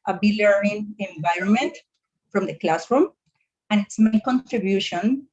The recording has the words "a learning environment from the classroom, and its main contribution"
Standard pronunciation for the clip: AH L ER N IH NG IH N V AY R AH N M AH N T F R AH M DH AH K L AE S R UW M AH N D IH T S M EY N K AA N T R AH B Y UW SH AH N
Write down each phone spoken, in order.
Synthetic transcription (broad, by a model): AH L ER IH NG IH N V AY R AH N M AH N T F R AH M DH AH K L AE S R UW M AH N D IH T S M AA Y K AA N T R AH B Y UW SH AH N